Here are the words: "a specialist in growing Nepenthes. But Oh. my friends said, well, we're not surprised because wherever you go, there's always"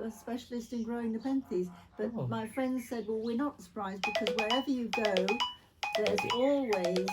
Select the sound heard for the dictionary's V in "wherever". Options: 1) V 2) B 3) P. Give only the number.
1